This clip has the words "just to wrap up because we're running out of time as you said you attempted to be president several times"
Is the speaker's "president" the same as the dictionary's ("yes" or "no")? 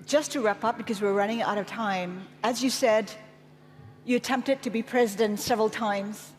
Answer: yes